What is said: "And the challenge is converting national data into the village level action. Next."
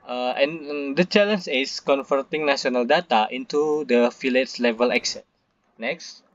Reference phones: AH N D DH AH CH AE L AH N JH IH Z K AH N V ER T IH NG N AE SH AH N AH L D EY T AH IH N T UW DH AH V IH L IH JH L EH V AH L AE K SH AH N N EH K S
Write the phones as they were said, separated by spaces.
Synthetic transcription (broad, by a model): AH N D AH CH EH L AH N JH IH S K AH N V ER T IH NG N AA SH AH N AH L D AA T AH IH N T UW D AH F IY L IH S L EH V AH L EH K S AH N N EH K S